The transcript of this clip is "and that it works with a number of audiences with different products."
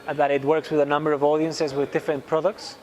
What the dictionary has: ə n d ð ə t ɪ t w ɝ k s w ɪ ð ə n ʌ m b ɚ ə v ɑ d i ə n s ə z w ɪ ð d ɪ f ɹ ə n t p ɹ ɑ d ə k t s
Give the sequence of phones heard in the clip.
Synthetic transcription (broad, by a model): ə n ð ə t ɪ t w ɝ k s w ɪ ð ə n ʌ m b ɚ ə v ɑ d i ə n s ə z w ɪ ð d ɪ f ɹ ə n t p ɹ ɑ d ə k t s